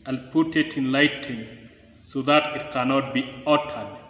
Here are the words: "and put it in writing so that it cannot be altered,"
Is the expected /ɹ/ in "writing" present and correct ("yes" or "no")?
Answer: no